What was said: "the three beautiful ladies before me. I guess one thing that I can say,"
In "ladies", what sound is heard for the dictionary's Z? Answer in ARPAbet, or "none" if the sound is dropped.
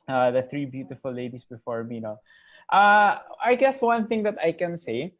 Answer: S